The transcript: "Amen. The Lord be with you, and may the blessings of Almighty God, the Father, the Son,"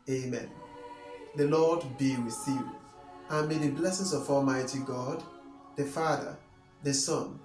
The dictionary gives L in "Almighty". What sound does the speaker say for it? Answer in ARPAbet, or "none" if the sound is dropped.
L